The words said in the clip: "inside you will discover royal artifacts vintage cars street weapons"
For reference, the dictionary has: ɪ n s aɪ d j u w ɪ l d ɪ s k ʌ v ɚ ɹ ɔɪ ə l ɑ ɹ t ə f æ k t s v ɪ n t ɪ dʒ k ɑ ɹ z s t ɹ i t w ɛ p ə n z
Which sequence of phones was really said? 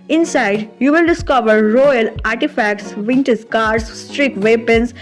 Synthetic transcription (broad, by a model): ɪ n s aɪ d j u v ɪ l d ɪ s k ʌ v ɚ ɹ ɔɪ ə l ɑ ɹ t ə f æ k t s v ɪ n t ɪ z k ɑ ɹ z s t ɹ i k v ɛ p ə n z